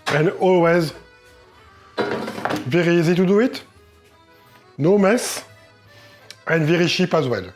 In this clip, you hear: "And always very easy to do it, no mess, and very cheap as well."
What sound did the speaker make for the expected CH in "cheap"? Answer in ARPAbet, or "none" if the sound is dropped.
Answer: SH